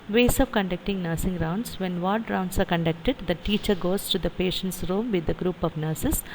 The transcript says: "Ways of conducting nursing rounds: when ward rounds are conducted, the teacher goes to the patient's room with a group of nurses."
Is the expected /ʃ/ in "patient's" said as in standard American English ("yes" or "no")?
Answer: yes